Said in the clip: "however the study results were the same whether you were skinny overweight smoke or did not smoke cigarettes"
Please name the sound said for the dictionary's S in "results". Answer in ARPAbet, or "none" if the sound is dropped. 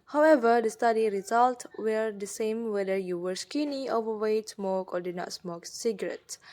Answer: none